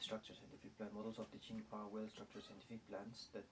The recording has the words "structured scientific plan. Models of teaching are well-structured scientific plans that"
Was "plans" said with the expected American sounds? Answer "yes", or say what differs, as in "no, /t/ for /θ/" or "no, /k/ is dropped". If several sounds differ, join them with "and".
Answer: no, /s/ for /z/